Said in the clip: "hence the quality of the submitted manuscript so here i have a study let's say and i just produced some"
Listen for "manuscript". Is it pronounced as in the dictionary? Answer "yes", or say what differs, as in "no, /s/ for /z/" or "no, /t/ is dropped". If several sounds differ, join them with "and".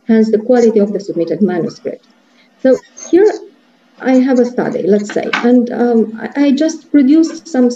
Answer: yes